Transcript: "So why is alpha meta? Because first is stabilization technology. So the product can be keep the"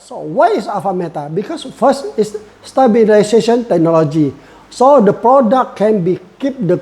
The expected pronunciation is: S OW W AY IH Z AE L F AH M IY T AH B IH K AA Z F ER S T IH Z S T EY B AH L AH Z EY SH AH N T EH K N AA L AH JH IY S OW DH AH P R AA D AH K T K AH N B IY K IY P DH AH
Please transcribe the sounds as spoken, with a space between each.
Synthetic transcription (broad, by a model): S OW W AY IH S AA F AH M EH T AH B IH K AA S F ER S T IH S S T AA B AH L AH S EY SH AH N T EH K N AA L AH JH IY S OW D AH P R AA D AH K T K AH N B IY K IY P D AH